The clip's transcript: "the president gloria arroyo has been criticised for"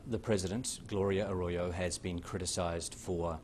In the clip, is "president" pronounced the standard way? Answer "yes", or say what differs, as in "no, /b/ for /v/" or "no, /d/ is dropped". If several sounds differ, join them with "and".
yes